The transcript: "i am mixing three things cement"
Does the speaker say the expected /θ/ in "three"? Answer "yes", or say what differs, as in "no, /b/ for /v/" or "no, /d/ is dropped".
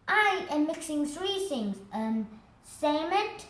yes